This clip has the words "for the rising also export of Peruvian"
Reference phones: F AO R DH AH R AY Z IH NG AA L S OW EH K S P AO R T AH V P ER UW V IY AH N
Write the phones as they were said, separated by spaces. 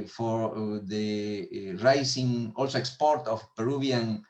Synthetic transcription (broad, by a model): F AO R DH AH R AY S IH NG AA L S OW EH K S P AO R T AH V P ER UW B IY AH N